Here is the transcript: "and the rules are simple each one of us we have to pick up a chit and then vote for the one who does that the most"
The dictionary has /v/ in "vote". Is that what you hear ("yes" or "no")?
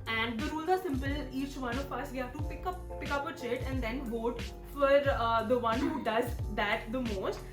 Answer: yes